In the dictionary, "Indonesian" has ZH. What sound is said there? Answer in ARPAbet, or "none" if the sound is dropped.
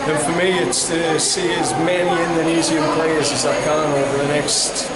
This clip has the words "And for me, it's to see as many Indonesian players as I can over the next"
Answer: Z